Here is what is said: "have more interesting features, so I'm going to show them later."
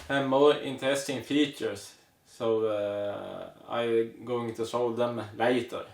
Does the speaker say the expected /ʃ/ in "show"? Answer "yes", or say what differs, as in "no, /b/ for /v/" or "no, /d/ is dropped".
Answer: no, /s/ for /ʃ/